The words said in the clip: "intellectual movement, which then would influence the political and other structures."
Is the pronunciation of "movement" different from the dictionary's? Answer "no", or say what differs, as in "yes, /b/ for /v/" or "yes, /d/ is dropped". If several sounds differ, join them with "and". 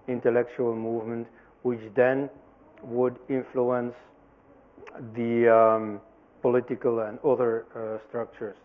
no